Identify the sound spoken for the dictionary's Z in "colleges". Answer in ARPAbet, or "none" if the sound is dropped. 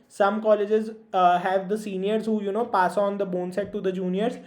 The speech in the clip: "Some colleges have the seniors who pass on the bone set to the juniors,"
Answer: Z